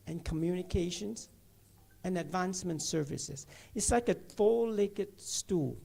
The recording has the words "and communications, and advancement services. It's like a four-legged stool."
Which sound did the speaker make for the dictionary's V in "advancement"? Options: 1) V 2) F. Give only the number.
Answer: 1